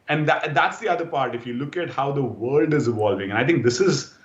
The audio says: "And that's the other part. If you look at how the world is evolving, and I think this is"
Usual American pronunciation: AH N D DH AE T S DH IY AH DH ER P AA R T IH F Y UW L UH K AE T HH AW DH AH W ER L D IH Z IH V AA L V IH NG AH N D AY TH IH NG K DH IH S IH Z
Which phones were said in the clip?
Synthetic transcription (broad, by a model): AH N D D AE T S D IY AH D ER P AA R T IH F Y UW L UH K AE T HH AW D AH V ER L D IH Z IH V AA L V IH NG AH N AY T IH NG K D IH S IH Z